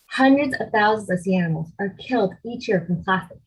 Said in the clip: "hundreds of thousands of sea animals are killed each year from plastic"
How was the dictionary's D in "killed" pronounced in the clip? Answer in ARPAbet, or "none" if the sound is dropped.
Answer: D